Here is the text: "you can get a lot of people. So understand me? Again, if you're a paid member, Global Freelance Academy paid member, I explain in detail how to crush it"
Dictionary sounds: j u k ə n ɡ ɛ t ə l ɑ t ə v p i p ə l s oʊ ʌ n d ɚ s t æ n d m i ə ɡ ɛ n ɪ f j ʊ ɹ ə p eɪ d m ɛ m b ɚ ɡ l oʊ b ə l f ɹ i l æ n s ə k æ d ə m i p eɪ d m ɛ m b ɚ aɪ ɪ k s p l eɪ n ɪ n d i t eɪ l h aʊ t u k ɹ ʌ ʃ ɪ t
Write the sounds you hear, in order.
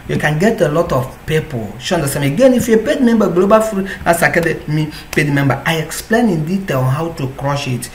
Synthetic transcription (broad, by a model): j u k ə n ɡ ɛ t ə l ɑ t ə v p i p ə l ʃ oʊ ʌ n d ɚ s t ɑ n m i ə ɡ ɛ n ɪ f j ə p eɪ d m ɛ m b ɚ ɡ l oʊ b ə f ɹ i ɑ s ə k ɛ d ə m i p eɪ d m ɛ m b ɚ aɪ ɪ k s p l eɪ n ɪ n d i t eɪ l h aʊ t u k ɹ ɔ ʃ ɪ t